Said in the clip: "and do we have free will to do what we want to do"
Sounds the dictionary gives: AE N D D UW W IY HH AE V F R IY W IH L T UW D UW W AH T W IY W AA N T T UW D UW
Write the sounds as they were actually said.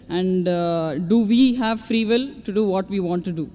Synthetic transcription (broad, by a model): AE N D D UW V IY HH AE V F R IY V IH L T UW D UW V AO T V IY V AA N T T UW D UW